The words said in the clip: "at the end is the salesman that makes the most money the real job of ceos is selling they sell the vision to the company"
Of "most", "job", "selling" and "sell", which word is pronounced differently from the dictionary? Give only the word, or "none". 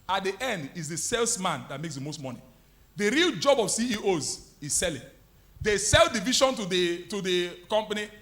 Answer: none